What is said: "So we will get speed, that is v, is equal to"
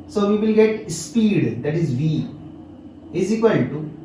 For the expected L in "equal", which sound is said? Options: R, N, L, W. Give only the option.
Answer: N